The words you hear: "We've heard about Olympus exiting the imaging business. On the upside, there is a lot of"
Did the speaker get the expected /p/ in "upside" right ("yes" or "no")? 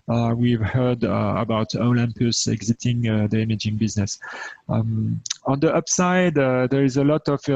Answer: yes